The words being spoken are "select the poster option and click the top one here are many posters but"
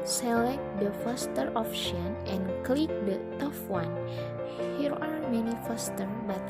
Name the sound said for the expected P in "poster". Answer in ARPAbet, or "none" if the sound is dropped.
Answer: F